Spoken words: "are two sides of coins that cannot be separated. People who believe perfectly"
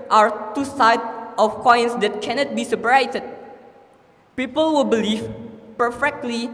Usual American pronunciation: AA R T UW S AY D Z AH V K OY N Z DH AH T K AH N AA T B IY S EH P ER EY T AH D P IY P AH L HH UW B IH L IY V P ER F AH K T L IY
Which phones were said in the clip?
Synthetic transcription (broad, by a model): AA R T UW S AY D AH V K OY N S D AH T K AH N AA T B IY S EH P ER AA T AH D P IY P AH L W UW B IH L IY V P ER F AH K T L IY